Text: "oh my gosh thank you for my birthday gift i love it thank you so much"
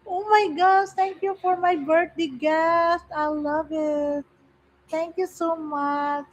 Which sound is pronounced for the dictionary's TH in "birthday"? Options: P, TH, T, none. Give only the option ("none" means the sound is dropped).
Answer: T